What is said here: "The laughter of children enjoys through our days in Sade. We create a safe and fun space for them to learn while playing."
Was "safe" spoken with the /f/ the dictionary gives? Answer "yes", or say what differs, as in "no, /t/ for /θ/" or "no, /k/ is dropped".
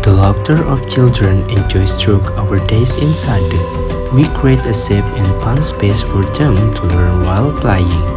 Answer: no, /p/ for /f/